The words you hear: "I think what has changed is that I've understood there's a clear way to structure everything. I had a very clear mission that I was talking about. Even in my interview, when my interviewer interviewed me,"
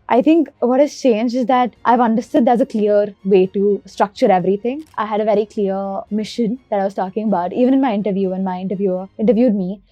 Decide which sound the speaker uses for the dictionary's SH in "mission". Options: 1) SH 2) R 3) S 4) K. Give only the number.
1